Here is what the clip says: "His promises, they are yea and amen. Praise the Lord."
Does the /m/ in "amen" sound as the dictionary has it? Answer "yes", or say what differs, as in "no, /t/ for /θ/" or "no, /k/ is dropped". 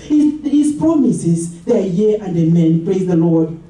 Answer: yes